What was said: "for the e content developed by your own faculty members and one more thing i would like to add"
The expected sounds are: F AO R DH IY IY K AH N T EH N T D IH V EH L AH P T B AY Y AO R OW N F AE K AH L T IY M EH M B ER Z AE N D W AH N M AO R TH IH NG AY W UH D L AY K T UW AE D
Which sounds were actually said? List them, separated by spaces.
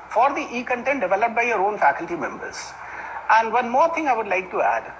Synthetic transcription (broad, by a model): F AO R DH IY IY K AH N T EH N T D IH V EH L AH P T B AY Y AO R OW N F AE K AH L T IY M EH M B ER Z AE N D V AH N M AO R T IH NG AY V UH D L AY K T UW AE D